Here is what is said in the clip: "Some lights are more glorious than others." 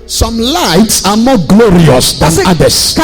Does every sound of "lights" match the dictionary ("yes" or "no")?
yes